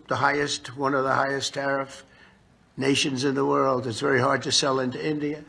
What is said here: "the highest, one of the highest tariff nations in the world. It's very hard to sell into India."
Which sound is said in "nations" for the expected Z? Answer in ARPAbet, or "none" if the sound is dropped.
Z